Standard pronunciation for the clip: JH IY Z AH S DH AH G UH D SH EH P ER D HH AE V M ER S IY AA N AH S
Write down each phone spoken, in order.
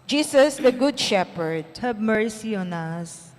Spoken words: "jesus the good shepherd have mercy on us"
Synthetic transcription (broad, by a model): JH IY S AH S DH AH G UH D SH EH P ER D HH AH B M ER S IY AA N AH S